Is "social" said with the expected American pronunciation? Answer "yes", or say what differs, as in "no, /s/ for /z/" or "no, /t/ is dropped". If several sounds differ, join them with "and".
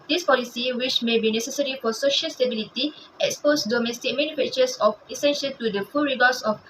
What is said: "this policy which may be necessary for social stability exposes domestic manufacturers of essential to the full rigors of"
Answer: yes